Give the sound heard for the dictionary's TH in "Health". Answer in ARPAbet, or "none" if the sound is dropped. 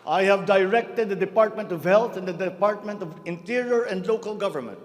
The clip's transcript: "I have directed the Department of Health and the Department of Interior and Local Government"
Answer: T